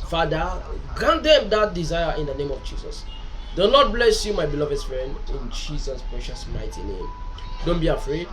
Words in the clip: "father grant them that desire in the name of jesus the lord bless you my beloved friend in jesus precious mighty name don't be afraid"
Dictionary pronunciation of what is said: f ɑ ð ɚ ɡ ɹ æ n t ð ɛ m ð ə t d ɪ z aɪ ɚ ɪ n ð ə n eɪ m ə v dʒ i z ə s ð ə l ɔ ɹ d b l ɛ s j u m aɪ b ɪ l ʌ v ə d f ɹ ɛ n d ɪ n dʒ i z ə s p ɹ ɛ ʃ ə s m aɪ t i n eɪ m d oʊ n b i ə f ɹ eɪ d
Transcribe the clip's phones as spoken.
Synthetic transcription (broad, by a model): f ɑ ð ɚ ɡ ɹ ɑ n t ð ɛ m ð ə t d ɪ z aɪ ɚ ɪ n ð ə n eɪ m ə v dʒ i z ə s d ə n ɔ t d b l ɛ s j u m aɪ b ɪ l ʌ v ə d f ɹ ɛ n d ɪ n dʒ i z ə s p ɹ ɛ ʃ ə s m aɪ t i n eɪ m d oʊ n b i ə f ɹ eɪ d